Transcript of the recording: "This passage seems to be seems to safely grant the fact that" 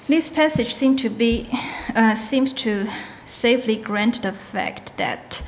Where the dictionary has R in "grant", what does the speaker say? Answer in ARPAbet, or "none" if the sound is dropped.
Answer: R